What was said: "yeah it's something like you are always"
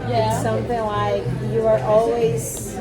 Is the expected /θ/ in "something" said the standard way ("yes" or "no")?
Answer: yes